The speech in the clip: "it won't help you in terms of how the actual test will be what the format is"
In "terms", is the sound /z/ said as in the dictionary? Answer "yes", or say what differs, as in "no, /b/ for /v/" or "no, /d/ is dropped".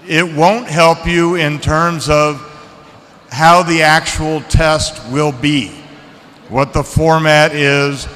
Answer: yes